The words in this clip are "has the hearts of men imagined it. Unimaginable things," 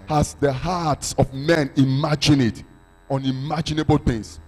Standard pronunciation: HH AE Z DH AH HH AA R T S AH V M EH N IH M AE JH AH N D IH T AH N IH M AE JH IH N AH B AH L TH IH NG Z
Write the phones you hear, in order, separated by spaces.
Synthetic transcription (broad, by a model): HH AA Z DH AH HH AA T S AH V M EH N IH M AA JH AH N IH T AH N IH M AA JH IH N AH B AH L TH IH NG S